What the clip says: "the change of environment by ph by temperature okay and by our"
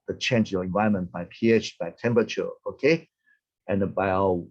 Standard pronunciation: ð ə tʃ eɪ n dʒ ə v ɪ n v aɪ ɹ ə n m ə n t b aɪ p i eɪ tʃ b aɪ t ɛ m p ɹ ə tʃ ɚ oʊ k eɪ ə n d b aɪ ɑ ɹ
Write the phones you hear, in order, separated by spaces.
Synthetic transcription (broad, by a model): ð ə tʃ eɪ n dʒ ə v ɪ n v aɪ ə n m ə n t b aɪ p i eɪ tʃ b aɪ t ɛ m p ɹ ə tʃ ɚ oʊ k eɪ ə n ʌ b aɪ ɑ